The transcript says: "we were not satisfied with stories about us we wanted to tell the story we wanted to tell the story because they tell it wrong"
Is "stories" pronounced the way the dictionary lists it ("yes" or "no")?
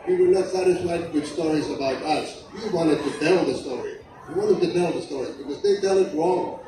yes